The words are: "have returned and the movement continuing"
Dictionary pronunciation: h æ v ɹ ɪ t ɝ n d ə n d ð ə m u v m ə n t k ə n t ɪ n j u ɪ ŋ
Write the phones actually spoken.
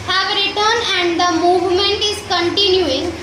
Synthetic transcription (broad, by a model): h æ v ɹ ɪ t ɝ n ə n d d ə m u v m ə n t k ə n t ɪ n j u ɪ ŋ